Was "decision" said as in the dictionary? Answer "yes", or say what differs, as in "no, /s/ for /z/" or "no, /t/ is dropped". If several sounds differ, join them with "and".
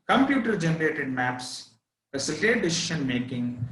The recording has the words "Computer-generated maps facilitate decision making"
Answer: no, /ʃ/ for /ʒ/